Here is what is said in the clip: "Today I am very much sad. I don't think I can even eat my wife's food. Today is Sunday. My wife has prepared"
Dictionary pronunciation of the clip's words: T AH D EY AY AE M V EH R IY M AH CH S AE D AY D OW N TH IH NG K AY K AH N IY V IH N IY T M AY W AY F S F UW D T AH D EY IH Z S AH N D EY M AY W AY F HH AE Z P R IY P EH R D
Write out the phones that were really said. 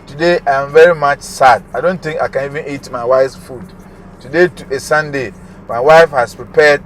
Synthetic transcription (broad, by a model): T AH D EY AY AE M V EH R IY M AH CH S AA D AY D OW N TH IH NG K AY K AH N IY V IH N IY T M AY W AY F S F UW D T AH D EY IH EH S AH N D EY M AY W AY F HH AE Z P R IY P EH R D